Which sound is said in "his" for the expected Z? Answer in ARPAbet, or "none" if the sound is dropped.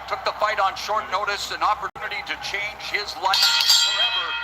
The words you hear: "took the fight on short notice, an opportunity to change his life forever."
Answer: Z